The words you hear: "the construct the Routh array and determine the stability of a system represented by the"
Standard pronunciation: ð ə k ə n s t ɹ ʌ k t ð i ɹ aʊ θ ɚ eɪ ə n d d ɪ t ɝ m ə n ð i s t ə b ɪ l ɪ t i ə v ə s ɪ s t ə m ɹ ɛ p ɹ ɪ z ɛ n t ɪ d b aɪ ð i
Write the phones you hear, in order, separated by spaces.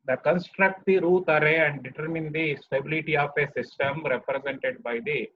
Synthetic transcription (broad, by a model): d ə k ə n s t ɹ ʌ k t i ɹ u t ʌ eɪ ə n d d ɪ t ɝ m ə n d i s t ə b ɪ l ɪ t i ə p ə s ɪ s t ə m ɹ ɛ p ɹ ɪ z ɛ n t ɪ d b aɪ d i